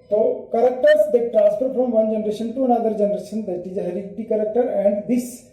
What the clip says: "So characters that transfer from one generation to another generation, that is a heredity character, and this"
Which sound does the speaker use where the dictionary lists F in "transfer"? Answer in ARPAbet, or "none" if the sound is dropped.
P